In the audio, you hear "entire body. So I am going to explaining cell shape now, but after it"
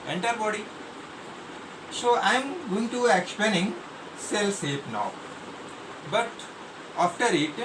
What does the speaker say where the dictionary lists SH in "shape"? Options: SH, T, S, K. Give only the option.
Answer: S